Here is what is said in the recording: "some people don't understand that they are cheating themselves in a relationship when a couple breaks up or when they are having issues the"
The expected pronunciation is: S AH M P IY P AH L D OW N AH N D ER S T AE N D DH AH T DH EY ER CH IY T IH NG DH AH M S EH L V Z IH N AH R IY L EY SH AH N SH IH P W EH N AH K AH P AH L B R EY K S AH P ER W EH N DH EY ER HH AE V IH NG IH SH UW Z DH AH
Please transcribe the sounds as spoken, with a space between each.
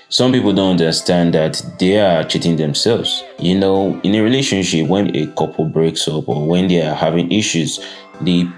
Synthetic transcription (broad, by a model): S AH M P IY P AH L D OW N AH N D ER S T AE N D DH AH T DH EY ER CH IY T IH NG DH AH M S EH L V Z IH N AH R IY L EY SH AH N SH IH P W EH N AH K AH P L B R EY K S AH P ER W EH N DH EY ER HH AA V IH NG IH SH UW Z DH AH